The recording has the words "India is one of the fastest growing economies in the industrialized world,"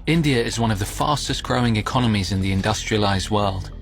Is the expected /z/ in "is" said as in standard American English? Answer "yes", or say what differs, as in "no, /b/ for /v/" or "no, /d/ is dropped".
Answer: yes